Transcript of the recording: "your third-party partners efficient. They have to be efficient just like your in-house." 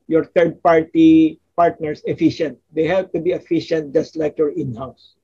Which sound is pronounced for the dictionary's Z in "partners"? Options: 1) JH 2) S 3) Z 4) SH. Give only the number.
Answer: 2